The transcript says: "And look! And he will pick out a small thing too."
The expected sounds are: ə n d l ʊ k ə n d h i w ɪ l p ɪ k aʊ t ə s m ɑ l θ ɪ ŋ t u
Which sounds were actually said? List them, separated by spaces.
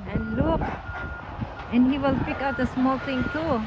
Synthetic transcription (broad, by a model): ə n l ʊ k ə n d h i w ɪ l p ɪ k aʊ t ə s m ɑ l t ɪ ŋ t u